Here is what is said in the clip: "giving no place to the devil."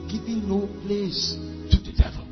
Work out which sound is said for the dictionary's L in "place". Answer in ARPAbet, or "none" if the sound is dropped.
L